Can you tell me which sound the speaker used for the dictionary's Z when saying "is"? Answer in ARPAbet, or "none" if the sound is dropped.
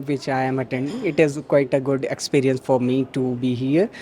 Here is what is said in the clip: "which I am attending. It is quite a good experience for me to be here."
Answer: Z